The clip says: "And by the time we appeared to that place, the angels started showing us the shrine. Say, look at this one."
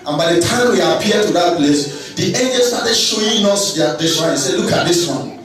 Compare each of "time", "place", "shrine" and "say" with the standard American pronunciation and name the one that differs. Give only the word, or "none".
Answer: shrine